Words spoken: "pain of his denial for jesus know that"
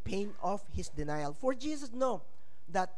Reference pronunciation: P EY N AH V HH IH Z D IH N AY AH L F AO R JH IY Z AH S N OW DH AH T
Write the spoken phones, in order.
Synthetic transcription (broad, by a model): P EY N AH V HH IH S D IH N AY AH L F AO R JH IY S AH S N OW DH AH T